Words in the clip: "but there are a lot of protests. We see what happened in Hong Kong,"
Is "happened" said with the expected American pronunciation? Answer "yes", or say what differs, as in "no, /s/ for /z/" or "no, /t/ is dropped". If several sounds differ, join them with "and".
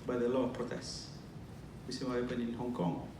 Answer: no, /d/ is dropped